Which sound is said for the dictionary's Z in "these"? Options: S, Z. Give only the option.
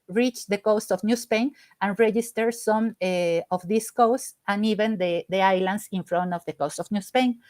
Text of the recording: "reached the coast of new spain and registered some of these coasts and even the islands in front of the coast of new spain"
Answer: S